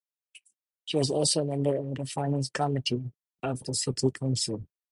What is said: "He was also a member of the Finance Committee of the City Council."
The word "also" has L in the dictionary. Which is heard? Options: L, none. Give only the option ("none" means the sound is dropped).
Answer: L